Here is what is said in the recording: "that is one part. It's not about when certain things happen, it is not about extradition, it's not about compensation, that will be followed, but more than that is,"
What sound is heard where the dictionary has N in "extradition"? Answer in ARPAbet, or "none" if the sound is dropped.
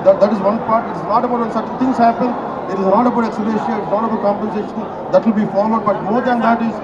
none